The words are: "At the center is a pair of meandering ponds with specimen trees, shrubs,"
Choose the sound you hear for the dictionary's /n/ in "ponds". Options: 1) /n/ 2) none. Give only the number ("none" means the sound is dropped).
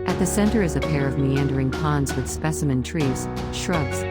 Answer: 1